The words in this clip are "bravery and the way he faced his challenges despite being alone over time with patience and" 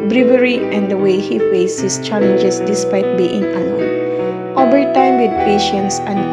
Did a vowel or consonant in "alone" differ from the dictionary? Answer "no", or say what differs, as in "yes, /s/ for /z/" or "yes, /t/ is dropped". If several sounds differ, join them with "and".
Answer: yes, /l/ is dropped